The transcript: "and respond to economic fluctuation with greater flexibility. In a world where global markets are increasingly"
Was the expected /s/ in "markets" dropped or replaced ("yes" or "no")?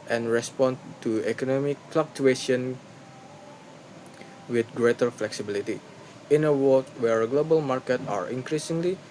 yes